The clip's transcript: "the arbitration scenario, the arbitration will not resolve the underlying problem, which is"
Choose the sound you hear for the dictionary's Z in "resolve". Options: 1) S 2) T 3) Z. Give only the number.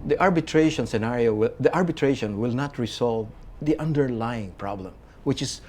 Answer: 1